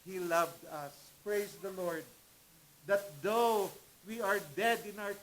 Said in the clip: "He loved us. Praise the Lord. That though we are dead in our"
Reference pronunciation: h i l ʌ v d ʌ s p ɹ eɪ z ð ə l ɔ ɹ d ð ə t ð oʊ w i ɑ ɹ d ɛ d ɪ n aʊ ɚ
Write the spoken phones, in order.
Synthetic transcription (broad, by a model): h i l ʌ v d ʌ s p ɹ eɪ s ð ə l ɔ ɹ d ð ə t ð oʊ w i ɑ ɹ d ɛ d ɪ n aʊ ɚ